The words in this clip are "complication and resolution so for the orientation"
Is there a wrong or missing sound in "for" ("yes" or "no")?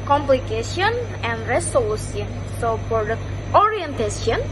yes